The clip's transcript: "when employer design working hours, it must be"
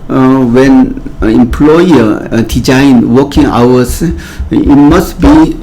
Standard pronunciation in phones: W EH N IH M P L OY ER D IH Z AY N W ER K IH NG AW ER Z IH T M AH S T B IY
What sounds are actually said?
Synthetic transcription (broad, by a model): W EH N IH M P L OY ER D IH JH AY N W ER K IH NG AW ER S IH T M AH S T B IY